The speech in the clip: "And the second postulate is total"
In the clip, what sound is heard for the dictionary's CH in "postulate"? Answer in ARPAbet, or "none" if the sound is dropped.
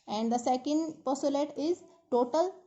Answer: none